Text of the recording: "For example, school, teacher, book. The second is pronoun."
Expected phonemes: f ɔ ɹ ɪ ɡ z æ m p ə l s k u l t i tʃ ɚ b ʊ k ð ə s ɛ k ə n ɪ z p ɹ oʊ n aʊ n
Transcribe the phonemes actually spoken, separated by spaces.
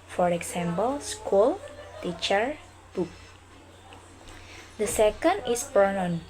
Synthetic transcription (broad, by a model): f ɔ ɹ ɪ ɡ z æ m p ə l s k u l t i tʃ ɚ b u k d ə s ɛ k ə n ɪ s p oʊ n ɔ n